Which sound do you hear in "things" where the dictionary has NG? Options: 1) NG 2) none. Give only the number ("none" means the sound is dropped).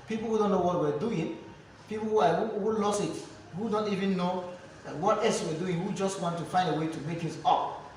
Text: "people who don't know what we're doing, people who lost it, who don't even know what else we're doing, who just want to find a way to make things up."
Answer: 2